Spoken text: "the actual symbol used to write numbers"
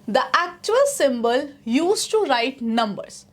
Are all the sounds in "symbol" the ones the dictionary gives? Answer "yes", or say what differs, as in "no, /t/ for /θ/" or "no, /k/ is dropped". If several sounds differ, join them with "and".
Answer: yes